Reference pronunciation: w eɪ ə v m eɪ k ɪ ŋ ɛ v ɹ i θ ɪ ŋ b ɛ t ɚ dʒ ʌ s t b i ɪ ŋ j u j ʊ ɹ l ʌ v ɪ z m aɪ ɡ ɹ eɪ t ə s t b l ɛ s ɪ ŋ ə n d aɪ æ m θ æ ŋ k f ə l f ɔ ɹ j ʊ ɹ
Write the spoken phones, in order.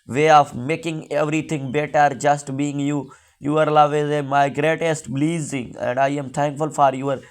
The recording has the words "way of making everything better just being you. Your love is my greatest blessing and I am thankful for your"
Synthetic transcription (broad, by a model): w eɪ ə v m eɪ k ɪ ŋ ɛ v ɹ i t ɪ ŋ b ɛ t ɚ dʒ ʌ s t b i ɪ ŋ j u j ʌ ɹ l ʌ v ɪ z m aɪ ɡ ɹ eɪ t ə s t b l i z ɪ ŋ ə n d aɪ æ m t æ ŋ k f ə l f ɔ ɹ j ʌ ɹ